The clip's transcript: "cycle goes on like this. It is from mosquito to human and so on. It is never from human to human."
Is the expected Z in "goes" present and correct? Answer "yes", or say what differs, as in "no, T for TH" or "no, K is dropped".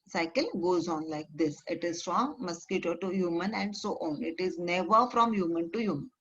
yes